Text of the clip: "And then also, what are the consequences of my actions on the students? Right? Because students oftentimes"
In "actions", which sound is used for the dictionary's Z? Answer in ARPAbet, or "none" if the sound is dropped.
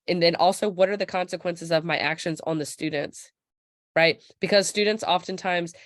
Z